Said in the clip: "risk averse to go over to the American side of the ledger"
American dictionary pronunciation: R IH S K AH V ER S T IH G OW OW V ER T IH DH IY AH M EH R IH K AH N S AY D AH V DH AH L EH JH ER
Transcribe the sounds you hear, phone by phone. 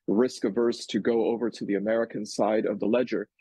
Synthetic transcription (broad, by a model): R IH S K AH V ER S T IH G OW OW V ER T IH DH IY AH M EH R IH K AH N S AY D AH V DH AH L EH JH ER